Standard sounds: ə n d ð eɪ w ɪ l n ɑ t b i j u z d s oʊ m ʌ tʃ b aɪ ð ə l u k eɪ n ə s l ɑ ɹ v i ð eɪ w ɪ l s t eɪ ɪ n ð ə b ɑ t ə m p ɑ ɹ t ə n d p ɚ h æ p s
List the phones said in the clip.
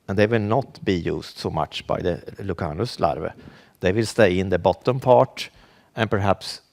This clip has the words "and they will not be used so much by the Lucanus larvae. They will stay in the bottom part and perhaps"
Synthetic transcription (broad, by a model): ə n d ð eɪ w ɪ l n ɑ t b i j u s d s oʊ m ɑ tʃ b aɪ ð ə l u k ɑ n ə s l ɑ ɹ v i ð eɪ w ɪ l s t eɪ ɪ n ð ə b ɑ t ə m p ɑ t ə n p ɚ h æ p s